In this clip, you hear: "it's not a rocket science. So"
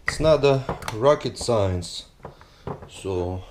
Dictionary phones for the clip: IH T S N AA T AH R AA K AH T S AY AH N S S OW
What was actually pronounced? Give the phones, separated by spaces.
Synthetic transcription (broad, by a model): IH T S N AA T AH R AA K AH T S AY AH N S S OW